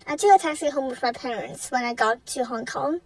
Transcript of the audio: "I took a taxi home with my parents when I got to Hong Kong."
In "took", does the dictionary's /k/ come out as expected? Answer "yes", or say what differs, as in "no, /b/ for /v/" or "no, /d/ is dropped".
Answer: no, /k/ is dropped